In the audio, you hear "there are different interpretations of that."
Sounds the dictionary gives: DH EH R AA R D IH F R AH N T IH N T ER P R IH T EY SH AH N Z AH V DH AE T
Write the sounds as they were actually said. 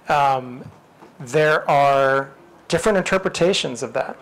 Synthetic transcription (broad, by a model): DH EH R AA R D IH F R AH N T IH N T ER P R IH T EY SH AH N Z AH V DH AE T